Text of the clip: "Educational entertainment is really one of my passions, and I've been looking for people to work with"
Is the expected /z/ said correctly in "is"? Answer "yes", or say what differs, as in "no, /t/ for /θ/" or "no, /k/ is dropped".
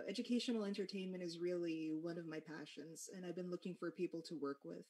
yes